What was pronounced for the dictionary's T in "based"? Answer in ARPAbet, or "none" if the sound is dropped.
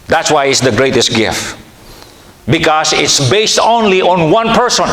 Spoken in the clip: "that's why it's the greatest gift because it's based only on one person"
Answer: T